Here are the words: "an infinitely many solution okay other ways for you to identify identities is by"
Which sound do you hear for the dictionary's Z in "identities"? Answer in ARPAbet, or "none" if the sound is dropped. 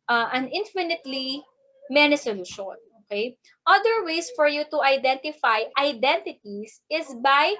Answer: S